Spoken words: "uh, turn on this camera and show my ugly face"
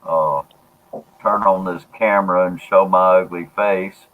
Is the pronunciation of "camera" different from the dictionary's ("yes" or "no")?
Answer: no